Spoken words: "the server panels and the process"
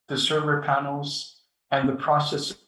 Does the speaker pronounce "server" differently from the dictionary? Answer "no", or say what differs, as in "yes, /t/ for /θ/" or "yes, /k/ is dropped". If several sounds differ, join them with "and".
no